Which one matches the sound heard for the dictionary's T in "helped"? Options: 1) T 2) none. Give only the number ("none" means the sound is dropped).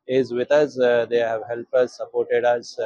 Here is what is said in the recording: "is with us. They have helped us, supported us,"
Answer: 2